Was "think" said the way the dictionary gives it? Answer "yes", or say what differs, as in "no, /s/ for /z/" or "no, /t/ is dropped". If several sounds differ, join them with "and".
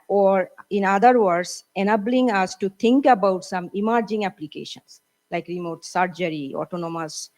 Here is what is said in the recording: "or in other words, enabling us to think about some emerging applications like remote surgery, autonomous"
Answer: no, /t/ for /θ/